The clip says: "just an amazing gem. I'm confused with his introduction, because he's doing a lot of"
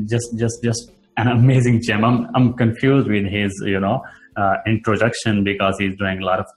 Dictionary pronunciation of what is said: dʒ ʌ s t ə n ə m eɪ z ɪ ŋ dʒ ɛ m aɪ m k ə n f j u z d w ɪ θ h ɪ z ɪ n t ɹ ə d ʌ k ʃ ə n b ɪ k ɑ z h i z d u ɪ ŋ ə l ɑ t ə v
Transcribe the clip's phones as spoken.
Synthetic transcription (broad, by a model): dʒ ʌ s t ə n ə m eɪ z ɪ ŋ tʃ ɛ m aɪ m k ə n f j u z d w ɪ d h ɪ z ɪ n t ɹ ə d ʌ k ʃ ə n b ɪ k ɑ z h i z d u ɪ ŋ ə l ɑ t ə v